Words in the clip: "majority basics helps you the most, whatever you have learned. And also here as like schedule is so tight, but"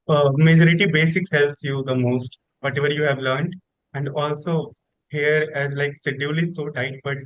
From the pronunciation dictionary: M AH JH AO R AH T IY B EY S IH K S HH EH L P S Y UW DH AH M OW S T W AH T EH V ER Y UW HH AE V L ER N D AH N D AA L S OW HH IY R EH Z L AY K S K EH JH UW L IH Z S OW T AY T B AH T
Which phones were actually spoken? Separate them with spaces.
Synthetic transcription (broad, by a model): M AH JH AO R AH T IY B EY S IH K S HH EH L P S Y UW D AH M OW S T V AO T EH V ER Y UW HH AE V L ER N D AH N D AA L S OW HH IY R EH Z L AY K S EH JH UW L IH S OW T AY T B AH T